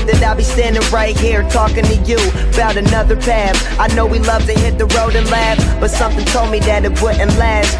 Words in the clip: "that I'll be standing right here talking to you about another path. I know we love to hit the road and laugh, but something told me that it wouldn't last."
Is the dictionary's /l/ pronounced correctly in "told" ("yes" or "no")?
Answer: yes